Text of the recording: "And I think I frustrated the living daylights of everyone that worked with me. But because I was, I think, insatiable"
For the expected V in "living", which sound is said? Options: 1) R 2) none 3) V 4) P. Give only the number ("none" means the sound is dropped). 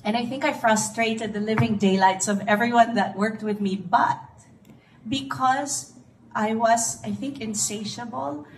3